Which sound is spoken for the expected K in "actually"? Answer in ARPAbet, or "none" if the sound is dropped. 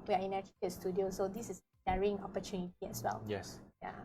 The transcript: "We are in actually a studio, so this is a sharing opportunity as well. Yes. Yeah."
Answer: none